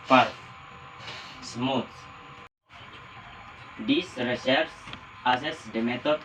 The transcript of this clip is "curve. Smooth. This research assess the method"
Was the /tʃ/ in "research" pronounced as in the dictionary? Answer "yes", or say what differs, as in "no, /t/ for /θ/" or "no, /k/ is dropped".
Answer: no, /s/ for /tʃ/